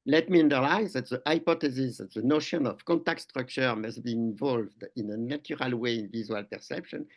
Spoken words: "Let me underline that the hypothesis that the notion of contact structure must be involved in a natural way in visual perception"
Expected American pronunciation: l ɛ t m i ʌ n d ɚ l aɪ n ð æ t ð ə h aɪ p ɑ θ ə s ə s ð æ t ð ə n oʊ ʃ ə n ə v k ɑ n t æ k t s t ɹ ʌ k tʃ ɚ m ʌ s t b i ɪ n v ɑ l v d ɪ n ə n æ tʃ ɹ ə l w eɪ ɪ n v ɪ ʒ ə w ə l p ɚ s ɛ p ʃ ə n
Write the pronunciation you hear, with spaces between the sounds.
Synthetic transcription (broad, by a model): l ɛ t m i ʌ n d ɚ l aɪ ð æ t ð ə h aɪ p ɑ t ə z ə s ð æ t ð ə n oʊ ʃ ə n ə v k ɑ n t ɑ k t s t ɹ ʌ k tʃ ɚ m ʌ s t b i ɪ n v ɑ l v d ɪ n ə n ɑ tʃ ɹ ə l w eɪ ɪ n v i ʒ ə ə l p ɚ s ɛ p ʃ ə n